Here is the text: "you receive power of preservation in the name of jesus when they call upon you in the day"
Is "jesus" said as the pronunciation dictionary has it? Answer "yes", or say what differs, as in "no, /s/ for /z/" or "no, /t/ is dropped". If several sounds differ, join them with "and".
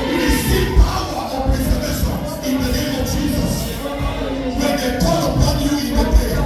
yes